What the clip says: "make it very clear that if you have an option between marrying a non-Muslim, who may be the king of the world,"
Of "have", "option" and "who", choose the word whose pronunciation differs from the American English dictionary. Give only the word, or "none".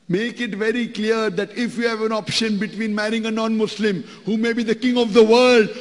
none